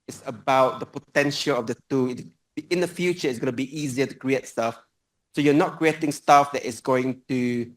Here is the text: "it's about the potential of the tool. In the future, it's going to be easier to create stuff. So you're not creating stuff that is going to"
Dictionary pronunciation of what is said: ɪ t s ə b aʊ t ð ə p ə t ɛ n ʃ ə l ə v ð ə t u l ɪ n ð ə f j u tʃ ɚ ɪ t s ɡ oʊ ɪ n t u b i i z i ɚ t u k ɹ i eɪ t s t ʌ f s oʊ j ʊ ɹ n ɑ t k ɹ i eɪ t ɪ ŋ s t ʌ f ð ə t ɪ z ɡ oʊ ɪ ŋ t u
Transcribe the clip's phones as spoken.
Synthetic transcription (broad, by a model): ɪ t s ə b aʊ t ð ə p ə t ɛ n ʃ ə l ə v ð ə t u ɪ n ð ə f j u tʃ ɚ ɪ t s ɡ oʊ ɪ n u b i i z i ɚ t u k ɹ i eɪ t s t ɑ f s oʊ j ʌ n ɑ t k ɹ i eɪ t ɪ ŋ s t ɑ f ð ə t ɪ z ɡ oʊ ɪ ŋ t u